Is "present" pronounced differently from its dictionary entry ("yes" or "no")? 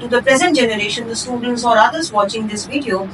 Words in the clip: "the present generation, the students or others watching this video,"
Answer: no